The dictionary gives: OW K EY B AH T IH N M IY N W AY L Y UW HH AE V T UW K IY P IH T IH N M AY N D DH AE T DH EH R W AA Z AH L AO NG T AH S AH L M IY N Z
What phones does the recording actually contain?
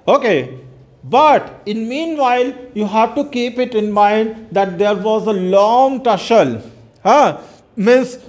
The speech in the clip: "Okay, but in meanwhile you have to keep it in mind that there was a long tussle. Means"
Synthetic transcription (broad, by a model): OW K EY B AH T IH N M IY N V AY L Y UW HH AE V T UW K IY P IH T IH N M AY N D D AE T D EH R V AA Z AH L AO NG T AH SH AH L M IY N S